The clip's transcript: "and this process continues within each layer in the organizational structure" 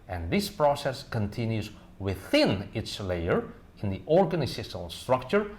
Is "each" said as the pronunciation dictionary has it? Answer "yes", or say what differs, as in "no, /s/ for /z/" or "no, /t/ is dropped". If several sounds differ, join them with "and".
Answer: no, /s/ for /tʃ/